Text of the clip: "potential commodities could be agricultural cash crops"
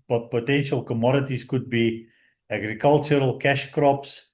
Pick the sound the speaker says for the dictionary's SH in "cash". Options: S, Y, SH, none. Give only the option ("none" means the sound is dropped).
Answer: SH